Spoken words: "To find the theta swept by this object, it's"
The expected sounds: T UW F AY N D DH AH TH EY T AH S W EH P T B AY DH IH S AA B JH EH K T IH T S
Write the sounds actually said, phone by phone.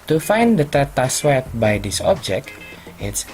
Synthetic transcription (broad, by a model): T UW F AY N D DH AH T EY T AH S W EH T B AY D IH S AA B JH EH K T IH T S